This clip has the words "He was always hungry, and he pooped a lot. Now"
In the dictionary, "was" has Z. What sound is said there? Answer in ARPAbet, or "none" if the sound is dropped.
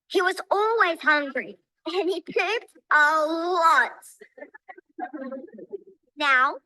Z